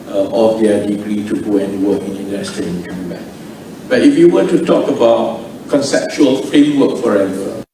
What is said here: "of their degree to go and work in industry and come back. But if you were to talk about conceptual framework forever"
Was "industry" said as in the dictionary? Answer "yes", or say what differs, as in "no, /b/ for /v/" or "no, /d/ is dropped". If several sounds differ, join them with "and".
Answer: no, /ɹ/ is dropped